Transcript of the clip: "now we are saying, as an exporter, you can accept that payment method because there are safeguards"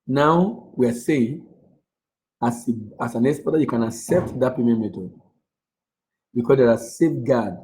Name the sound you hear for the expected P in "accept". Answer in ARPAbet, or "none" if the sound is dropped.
P